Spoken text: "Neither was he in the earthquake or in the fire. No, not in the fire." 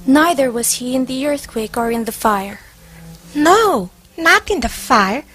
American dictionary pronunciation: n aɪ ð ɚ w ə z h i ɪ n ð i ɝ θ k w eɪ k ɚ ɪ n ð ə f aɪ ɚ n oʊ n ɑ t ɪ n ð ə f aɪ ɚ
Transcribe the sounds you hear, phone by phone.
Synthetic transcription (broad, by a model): n aɪ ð ɚ w ə z h i ɪ n ð i ɝ θ k w eɪ k ɚ ɪ n ð ə f aɪ ɚ n oʊ n ɑ t ɪ n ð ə f aɪ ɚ